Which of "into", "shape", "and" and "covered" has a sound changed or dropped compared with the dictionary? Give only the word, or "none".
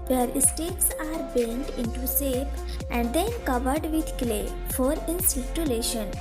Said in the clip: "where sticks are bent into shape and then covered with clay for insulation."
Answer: shape